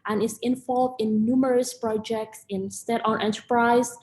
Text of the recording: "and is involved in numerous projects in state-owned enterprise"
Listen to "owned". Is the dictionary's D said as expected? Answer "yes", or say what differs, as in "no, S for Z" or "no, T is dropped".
no, D is dropped